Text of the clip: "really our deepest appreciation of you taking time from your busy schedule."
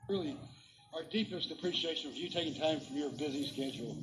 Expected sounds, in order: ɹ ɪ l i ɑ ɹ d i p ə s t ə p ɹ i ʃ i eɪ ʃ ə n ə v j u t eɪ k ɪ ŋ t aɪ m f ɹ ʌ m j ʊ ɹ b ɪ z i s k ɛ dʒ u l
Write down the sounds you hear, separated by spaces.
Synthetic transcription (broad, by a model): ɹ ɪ l i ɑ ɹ d i p ə s t ə p ɹ i ʃ i eɪ ʃ ə n ə v j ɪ t eɪ k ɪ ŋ t aɪ m f ɹ ʌ m j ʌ ɹ b ɪ z i s k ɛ dʒ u l